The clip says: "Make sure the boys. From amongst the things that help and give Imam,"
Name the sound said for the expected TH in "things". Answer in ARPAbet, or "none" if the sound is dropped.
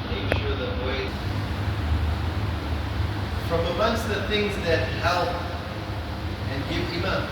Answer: TH